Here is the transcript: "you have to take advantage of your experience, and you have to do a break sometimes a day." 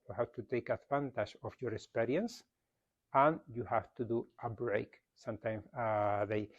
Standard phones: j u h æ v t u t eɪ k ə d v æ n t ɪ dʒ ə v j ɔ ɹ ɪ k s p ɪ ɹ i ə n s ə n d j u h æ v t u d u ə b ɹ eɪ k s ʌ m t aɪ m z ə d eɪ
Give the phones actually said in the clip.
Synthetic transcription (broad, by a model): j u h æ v t u t eɪ k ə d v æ n t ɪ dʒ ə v j ɔ ɹ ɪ k s p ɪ ɹ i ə n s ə n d j u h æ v t u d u ə b ɹ eɪ k s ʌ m t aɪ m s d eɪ